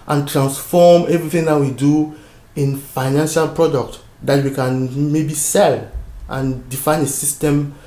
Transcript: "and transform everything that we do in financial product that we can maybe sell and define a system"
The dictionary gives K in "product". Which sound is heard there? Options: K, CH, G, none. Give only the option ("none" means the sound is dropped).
K